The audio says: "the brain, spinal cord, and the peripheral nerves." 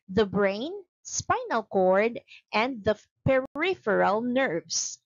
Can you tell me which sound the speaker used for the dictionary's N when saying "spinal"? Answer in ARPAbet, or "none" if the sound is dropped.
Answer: N